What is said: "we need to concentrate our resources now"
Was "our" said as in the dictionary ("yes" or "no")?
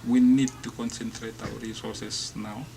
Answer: no